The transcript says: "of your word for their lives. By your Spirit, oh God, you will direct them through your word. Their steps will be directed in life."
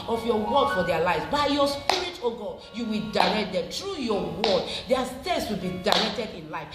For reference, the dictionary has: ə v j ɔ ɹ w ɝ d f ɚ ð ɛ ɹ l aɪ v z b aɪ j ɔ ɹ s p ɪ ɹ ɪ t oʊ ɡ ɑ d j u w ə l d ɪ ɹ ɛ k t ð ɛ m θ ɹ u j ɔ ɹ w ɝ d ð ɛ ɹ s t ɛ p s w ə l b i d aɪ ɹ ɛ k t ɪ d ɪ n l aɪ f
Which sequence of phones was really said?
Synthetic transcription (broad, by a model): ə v j ɔ w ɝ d f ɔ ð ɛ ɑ l aɪ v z b aɪ j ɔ s p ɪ ɹ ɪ t oʊ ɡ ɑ j u w ə l d ɪ ɹ ɛ k t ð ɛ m t ɹ u j ɔ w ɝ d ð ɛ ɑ s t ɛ s w ə l b i d aɪ ɹ ɛ k t ɪ d ɪ n l aɪ f